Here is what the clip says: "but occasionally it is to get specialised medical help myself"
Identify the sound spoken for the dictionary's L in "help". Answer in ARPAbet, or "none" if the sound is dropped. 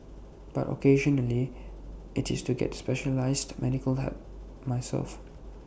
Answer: none